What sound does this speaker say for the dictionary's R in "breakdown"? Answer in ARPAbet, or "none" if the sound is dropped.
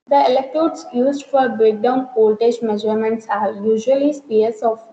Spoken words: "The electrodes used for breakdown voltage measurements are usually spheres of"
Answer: R